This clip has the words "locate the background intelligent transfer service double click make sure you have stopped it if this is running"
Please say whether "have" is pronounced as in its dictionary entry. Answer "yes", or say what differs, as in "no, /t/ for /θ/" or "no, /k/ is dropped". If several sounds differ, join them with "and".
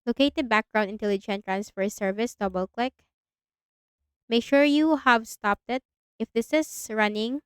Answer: yes